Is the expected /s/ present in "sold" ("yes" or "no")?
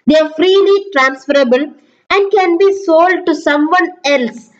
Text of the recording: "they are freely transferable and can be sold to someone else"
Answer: yes